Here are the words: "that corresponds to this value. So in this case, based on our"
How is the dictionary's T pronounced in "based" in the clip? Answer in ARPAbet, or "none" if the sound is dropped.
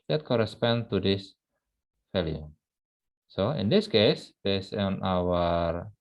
none